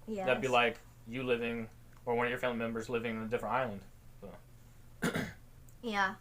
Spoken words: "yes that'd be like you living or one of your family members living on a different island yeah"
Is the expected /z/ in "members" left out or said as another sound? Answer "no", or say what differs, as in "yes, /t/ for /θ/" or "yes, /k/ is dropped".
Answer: no